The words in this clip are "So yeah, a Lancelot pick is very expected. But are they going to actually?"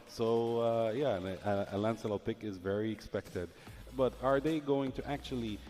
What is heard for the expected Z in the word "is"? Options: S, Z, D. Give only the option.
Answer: Z